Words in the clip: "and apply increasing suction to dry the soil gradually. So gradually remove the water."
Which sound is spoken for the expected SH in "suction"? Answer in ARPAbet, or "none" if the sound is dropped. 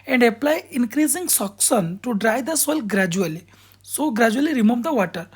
S